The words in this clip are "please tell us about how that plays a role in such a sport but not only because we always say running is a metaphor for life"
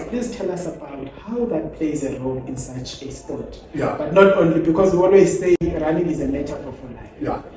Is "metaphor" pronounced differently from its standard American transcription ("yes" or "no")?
yes